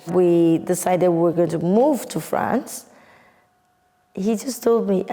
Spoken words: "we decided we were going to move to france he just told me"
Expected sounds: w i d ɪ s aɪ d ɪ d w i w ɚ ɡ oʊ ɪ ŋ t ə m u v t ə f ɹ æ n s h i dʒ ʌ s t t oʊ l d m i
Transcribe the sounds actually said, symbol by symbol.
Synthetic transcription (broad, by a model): w i d ɪ s aɪ d ɪ d w i w ɚ ɡ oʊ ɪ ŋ t ə m u v t ə f ɹ æ n s h i dʒ ʌ s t t oʊ l d m i